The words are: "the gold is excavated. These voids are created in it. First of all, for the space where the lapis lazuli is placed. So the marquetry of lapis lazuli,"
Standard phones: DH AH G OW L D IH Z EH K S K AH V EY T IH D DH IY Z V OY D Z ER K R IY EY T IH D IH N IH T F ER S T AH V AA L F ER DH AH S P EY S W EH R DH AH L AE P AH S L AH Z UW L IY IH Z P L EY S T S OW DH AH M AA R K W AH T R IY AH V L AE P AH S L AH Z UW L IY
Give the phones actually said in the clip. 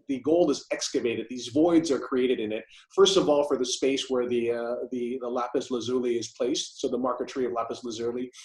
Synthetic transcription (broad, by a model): DH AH G OW L IH Z EH K S K AH V EY T IH D DH IY Z V OY D Z ER K R IY EY T IH D IH N IH T F ER S T AH V AA L F ER DH AH S P EY S W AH R DH AH L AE P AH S L AH Z UW L IY IH Z P L EY S T S OW DH AH M AA R K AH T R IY AH V L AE P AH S L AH Z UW L IY